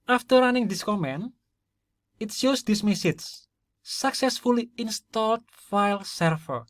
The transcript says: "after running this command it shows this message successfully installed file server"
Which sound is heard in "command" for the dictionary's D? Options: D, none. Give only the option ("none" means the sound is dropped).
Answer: none